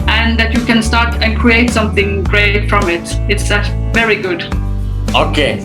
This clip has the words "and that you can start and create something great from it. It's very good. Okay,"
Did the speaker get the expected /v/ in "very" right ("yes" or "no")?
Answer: yes